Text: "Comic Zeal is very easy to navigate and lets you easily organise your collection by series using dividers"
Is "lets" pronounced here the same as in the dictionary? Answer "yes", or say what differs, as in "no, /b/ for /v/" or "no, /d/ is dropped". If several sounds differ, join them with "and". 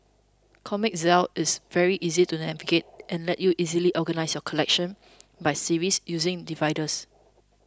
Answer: no, /s/ is dropped